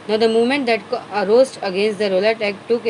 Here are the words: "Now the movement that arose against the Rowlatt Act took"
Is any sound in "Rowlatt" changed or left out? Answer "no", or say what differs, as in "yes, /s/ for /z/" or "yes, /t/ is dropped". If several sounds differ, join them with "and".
no